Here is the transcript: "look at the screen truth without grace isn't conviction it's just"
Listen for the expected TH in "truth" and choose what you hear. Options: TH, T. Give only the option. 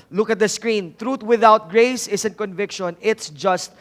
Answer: T